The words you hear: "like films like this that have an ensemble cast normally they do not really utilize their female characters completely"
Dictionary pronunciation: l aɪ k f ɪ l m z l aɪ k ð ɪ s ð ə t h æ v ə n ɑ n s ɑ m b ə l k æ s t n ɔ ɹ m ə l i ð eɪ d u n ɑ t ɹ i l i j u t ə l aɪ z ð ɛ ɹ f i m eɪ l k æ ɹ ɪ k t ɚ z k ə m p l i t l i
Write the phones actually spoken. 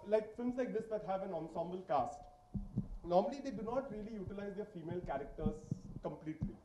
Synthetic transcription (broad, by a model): l aɪ k f ɪ l m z l aɪ k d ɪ s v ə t h æ v ə n ɑ n s ɑ m b ə l k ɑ s t n ɔ ɹ m ə l i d eɪ d u n ɑ t ɹ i l i j u t ə l aɪ z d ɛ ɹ f i m eɪ l k æ ɹ ɪ k t ɚ z k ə m p l i t l i